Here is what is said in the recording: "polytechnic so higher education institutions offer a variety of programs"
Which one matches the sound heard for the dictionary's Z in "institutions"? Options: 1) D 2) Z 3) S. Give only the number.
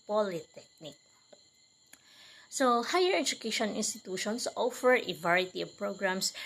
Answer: 3